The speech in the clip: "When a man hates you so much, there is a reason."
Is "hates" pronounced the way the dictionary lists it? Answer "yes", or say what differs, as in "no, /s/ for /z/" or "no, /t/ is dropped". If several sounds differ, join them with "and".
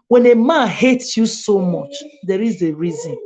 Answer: yes